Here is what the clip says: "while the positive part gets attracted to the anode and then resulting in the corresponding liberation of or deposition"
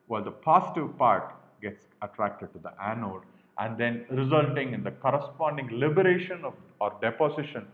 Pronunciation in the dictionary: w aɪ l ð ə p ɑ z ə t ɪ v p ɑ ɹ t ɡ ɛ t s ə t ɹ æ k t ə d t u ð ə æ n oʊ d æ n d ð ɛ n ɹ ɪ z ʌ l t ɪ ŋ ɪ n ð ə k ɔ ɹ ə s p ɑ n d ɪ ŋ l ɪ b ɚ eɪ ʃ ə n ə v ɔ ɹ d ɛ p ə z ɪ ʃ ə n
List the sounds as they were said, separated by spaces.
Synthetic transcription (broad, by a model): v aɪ l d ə p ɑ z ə t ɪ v p ɑ ɹ t ɡ ɛ t s ə t ɹ æ k t ə d t u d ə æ n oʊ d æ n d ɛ n ɹ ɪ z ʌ l t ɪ ŋ ɪ n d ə k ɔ ɹ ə s p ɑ n d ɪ ŋ l ɪ b ɚ eɪ ʃ ə n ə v ɔ ɹ d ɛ p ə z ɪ ʃ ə n